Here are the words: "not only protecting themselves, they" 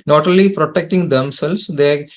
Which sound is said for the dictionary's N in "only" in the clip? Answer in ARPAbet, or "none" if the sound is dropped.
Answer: none